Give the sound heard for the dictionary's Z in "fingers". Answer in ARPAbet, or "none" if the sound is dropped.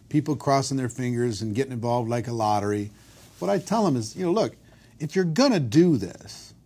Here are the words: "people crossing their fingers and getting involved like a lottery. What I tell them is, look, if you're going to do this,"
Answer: Z